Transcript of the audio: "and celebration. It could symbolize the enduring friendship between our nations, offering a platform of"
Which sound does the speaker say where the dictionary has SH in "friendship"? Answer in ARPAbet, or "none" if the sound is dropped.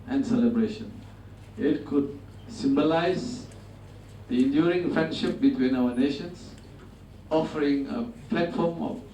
SH